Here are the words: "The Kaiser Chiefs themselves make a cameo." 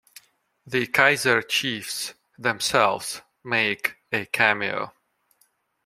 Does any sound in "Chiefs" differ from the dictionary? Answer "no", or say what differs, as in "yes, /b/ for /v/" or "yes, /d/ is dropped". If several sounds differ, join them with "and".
no